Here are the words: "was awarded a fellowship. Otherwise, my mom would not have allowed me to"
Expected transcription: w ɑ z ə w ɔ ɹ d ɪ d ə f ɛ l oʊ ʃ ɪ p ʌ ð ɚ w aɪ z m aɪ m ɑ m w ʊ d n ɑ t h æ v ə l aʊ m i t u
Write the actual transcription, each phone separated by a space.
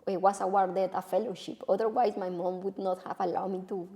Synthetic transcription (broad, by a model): w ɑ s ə w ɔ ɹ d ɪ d ə f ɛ l oʊ ʃ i p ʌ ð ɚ w aɪ s m aɪ m ɑ m w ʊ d n ɑ t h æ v ə l aʊ m i t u